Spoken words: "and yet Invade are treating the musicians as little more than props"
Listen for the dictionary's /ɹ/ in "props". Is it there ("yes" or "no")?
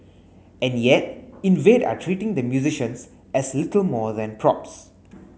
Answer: yes